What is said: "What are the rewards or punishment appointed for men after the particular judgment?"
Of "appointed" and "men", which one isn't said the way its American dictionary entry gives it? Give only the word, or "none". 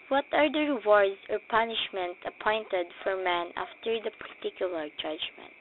none